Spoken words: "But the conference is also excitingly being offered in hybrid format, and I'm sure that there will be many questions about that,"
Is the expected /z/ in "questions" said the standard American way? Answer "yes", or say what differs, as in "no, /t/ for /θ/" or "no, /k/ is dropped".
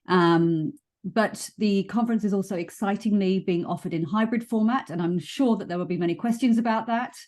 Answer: yes